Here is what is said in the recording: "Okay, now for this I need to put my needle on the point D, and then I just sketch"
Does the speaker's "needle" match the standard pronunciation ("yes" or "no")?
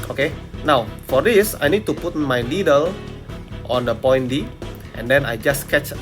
no